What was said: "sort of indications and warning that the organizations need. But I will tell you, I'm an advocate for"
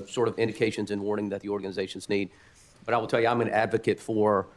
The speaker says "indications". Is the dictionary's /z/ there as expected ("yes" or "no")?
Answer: yes